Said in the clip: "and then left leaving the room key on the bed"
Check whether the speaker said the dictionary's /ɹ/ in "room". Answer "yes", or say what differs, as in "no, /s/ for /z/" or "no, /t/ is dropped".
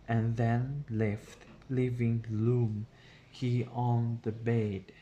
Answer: no, /l/ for /ɹ/